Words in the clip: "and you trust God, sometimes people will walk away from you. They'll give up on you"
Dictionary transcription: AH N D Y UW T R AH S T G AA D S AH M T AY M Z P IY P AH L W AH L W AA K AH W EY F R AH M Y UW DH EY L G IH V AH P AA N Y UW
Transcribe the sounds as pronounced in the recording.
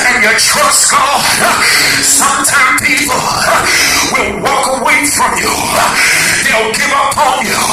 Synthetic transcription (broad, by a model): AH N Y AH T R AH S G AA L S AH M T AY M P IY P L W AH L W AA K AH W EY F R AH M Y UW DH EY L G IH V AH P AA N Y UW